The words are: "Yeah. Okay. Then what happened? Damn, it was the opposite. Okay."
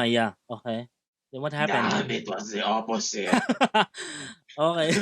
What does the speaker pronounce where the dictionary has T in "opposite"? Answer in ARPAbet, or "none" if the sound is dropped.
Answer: none